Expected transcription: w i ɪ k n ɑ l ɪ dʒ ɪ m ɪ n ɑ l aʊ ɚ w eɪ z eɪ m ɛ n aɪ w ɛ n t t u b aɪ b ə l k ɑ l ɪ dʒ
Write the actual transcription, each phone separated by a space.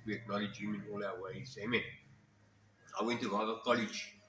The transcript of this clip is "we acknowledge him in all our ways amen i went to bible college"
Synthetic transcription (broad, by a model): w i ɪ k n ɑ l ɪ dʒ ɪ m ɪ n ɑ l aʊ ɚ w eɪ s eɪ m ɛ n aɪ w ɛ n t t u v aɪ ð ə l k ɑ l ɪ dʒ